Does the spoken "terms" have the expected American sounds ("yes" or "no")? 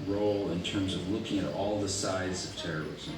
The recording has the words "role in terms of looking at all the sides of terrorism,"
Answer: yes